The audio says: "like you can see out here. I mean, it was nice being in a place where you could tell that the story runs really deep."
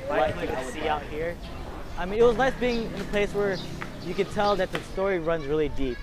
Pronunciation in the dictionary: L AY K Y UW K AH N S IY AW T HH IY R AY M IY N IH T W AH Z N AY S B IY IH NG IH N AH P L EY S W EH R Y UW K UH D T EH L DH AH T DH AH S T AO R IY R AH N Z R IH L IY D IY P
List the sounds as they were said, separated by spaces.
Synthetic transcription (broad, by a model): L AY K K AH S S IY AW T HH IY R AY M IY N IH T W AH Z N AY S B IY IH NG IH N AH P L EY S W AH R Y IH K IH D T EH L DH AH T DH AH S T AO R IY R AH N Z R IH L IY D IY P